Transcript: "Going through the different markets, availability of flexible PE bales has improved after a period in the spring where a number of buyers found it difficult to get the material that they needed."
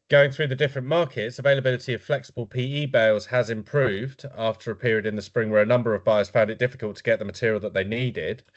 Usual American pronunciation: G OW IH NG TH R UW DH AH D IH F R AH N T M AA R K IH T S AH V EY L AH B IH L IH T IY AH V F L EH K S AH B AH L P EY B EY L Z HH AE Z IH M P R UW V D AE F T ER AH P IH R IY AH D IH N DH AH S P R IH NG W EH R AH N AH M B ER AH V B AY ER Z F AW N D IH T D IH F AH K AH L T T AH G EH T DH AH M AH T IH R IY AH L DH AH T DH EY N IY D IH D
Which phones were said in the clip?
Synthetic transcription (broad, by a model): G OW IH NG TH R UW DH AH D IH F R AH N M AA K IH T S AH V EY L AH B IH L IH T IY AH V F L EH K S AH B AH L P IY B EY L Z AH Z IH M P R UW V D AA F T ER AH P IH R IY AH D IH N DH AH S P R IH NG W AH R AH N AH M B ER AH V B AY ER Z F AW N D IH T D IH F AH K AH L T T AH G EH T DH AH M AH T IH R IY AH L DH AH T DH EY N IY D IH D